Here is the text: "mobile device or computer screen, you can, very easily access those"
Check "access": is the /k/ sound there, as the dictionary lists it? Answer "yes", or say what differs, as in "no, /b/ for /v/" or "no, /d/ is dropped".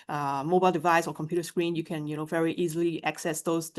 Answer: yes